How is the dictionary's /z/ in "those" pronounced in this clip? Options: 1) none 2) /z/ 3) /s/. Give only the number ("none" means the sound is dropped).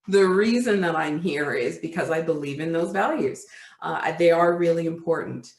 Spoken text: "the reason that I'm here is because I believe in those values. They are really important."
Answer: 2